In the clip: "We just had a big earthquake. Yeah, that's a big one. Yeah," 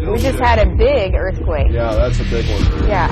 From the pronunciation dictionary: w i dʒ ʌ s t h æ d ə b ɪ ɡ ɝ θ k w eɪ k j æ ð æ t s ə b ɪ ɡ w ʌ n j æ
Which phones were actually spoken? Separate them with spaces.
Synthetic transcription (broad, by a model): w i dʒ ʌ s t h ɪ d ə b ɪ ɡ ɝ θ k w eɪ k j æ ð æ t s ə b ɪ ɡ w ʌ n j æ